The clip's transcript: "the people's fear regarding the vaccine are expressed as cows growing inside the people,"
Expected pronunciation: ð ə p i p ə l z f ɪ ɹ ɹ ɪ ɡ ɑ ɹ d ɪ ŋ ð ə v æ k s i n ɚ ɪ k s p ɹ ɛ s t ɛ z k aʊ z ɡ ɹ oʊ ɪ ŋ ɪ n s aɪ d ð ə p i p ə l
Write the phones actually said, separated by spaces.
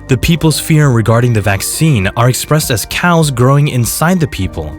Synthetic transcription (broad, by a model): ð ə p i p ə l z f ɪ ɹ ɹ ɪ ɡ ɑ ɹ d ɪ ŋ ð ə v æ k s i n ɚ ɪ k s p ɹ ɛ s t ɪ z k aʊ z ɡ ɹ oʊ ɪ ŋ ɪ n s aɪ d ð ə p i p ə l